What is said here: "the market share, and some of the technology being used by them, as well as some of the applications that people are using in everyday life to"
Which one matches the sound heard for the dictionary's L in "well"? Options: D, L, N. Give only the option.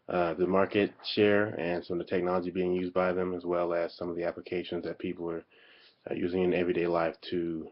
L